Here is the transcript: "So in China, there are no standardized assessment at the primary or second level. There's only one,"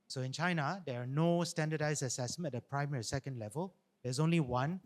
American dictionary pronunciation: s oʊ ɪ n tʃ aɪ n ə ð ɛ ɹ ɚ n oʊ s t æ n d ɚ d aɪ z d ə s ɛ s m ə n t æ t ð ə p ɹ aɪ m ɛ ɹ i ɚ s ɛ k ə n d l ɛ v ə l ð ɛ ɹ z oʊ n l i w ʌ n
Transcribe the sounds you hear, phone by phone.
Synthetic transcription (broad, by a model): s oʊ ɪ n tʃ aɪ n ə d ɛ ɹ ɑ n oʊ s t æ n d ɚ d aɪ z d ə s ɛ s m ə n ɛ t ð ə p ɹ aɪ m ɛ ɹ i s ɛ k ə n d l ɛ v ə l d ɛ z oʊ n l i w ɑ n